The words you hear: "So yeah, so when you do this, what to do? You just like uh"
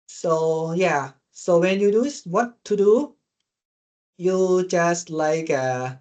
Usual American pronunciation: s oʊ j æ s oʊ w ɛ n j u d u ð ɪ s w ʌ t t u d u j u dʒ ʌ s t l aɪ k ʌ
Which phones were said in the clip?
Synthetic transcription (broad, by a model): s oʊ j æ s oʊ w ɛ n j u d u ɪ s w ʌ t t u d u j u dʒ ʌ s t l aɪ k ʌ